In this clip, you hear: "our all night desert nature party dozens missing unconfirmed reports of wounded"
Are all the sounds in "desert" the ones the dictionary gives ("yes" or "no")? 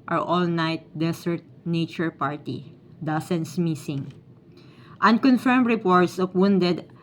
no